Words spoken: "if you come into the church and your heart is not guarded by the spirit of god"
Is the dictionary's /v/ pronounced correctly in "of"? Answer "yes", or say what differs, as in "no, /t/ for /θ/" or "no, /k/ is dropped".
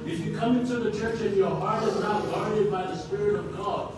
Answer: yes